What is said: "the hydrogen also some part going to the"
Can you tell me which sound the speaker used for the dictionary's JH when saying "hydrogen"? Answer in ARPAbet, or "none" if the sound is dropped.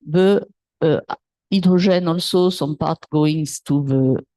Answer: ZH